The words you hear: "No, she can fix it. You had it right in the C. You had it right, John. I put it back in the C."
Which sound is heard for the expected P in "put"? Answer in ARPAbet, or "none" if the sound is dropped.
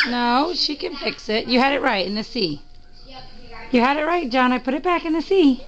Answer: P